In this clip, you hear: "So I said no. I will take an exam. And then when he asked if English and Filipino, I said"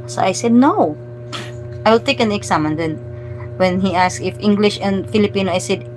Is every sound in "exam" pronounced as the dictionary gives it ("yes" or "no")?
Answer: no